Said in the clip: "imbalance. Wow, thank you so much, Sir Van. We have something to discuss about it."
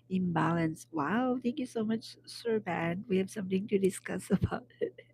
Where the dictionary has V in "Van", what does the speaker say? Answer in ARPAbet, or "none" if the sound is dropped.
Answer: B